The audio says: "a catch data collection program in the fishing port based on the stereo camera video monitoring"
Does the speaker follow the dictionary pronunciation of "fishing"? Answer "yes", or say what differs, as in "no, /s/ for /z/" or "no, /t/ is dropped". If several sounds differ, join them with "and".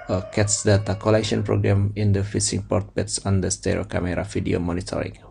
no, /s/ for /ʃ/